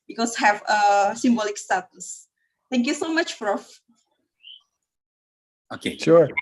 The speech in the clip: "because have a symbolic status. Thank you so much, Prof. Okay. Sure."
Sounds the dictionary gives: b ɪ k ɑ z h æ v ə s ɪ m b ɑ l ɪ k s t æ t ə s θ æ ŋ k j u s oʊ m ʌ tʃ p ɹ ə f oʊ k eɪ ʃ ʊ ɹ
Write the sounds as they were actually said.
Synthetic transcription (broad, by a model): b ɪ k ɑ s h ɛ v ə s ɪ m b ɑ l ɪ k s t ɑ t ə s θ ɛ ŋ k j u s oʊ m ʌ tʃ f ɹ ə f oʊ k eɪ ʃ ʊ ɹ